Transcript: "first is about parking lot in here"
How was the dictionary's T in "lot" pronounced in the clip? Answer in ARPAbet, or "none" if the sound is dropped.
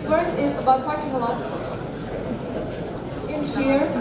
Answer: none